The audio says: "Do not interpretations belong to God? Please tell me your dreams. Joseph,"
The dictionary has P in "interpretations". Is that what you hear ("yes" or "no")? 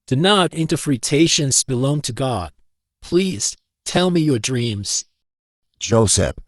no